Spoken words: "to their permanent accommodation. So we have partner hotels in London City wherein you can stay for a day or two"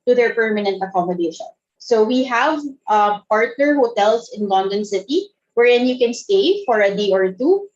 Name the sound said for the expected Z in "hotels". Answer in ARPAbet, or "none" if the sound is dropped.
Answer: S